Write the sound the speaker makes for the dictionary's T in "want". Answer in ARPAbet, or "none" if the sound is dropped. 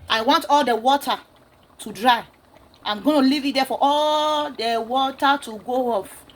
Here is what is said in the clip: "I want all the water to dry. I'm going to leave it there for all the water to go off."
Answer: T